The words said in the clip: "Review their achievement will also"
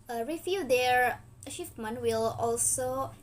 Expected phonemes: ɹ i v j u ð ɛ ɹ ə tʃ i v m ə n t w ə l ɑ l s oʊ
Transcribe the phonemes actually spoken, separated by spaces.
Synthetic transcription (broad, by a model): ɹ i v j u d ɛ ɹ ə ʃ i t m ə n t w ə l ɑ l s oʊ